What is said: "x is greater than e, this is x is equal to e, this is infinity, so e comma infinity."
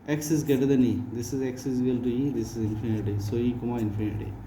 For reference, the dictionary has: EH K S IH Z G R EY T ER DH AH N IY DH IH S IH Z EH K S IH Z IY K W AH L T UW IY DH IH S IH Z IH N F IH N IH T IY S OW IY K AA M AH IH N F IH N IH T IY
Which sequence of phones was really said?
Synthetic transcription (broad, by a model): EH K S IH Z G EY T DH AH N IY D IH S IH Z EH K S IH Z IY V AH L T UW IY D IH S IH Z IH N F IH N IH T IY S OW IY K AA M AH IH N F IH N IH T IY